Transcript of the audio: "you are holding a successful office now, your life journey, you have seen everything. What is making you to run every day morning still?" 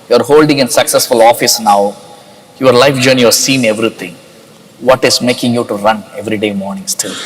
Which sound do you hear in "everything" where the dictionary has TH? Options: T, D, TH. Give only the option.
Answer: T